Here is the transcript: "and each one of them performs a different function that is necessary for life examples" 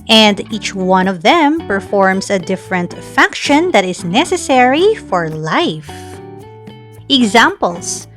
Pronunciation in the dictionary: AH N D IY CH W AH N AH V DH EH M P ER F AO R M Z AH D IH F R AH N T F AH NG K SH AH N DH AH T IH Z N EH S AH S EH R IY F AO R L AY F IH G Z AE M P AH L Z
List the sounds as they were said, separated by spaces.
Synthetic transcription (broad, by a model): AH N D IY CH W AH N AH V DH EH M P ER F AO R M S AH D IH F R AH N T F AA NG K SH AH N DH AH T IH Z N EH S AH S EH R IY F AO R L AY F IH G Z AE M P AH L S